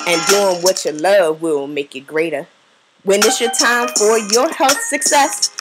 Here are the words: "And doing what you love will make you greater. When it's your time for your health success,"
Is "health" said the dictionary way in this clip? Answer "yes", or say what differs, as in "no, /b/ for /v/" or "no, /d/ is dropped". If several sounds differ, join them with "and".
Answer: yes